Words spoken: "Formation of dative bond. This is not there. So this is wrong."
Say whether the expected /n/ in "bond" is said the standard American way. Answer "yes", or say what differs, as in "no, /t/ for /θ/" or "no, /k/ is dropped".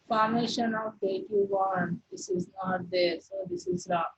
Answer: no, /n/ is dropped